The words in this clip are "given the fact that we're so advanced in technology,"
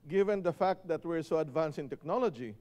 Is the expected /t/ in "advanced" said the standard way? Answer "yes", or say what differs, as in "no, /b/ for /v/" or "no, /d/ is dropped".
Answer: no, /t/ is dropped